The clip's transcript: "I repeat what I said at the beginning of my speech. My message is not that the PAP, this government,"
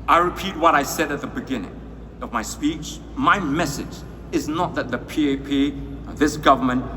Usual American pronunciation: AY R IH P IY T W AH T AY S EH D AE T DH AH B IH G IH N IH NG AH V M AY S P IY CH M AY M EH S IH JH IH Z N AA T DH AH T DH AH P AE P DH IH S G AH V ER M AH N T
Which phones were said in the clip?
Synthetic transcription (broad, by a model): AY R IH P IY T W AH T AY S EH D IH T DH AH B IH G IH N IH NG AH V M AY S P IY CH M AY M EH S IH JH IH Z N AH T DH AH T DH AH P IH P DH IH S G AH V ER M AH N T